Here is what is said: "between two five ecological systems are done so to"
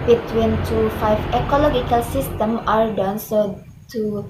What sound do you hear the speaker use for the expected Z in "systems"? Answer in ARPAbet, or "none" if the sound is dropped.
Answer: none